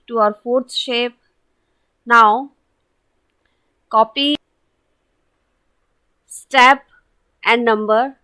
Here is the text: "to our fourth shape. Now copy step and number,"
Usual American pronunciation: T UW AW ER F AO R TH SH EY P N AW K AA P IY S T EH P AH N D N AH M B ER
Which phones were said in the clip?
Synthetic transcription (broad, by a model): T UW AW ER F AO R S SH EY P N AW K AA P IY S T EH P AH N D N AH M B ER